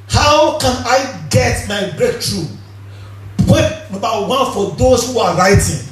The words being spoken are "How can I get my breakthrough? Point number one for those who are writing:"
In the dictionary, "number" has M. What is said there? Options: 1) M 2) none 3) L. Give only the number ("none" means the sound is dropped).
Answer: 2